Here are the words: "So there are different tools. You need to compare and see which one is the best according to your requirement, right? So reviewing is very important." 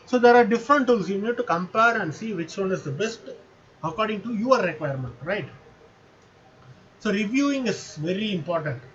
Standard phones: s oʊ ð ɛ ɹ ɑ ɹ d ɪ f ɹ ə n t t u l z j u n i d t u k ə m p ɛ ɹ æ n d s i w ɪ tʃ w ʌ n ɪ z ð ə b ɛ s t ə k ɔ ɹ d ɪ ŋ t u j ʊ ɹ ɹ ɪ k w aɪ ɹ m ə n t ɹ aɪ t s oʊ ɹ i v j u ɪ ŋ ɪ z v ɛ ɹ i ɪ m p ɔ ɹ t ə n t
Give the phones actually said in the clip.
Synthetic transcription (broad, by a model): s oʊ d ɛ ɹ ɑ ɹ d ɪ f ɹ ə n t t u l s j u n i d t u k ə m p ɛ ɹ æ n d s i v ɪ tʃ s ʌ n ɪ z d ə b ɛ s t ə k ɔ ɹ d ɪ ŋ t u j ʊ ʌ ɹ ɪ k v aɪ ɹ m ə n t ɹ aɪ t s oʊ ɹ i v j u ɪ ŋ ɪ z v ɛ ɹ i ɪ m p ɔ ɹ t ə n t